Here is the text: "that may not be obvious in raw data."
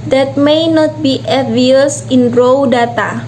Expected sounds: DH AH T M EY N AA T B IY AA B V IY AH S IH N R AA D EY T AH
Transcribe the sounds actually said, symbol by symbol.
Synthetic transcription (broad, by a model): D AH T M EY N AA T B IY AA V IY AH S IH N R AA D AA T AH